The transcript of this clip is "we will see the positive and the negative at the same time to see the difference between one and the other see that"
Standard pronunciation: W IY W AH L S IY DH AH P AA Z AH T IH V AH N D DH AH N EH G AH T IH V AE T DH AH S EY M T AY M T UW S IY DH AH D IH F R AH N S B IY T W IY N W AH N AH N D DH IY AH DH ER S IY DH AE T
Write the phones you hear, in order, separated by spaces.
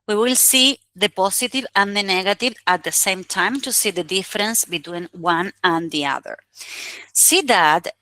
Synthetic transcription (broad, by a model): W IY W AH L S IY DH AH P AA S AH T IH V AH N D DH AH N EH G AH T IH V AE T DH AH S EY M T AY M T UW S IY DH AH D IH F R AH N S B IY T W IY N W AH N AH N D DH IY AH DH ER S IY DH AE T